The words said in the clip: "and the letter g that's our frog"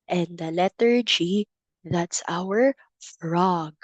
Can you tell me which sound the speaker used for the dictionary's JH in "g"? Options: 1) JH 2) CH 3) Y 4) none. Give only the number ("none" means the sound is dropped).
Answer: 1